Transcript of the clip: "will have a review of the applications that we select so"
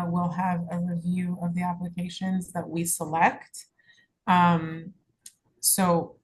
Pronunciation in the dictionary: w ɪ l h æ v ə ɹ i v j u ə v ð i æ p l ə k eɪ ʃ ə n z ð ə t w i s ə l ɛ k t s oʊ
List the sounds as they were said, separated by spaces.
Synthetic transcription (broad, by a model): w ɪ l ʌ v ə ɹ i v j u ə v ð i æ p l ə k eɪ ʃ ə n z ð ə t w i s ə l ɛ k t s oʊ